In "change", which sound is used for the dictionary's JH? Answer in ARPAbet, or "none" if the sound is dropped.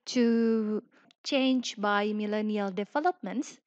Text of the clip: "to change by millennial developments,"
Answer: JH